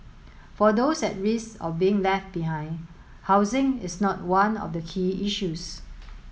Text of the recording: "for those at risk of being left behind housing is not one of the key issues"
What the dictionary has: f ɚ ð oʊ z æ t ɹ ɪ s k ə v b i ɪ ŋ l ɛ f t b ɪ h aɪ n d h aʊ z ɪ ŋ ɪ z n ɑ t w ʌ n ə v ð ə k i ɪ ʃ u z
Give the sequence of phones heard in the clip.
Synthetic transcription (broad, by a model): f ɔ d oʊ s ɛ t ɹ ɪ s ə f b i ɪ ŋ l ɛ f t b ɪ h aɪ n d h aʊ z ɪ ŋ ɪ s n ɑ t w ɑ n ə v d ə k i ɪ ʃ u s